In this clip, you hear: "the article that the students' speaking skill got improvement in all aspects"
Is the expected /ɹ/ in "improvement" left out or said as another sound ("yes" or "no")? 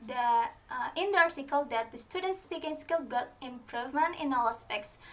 no